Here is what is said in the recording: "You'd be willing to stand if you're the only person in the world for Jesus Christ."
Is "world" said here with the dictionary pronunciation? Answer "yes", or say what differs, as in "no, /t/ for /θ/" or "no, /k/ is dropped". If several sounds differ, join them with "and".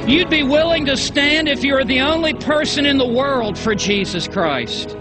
yes